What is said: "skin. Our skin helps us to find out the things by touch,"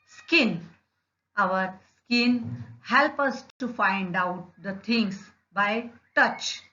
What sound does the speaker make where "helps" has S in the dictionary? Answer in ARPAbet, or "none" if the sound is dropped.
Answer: none